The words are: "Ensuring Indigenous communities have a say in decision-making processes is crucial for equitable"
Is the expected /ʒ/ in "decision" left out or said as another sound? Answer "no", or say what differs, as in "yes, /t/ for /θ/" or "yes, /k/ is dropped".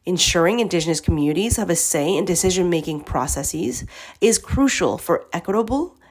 no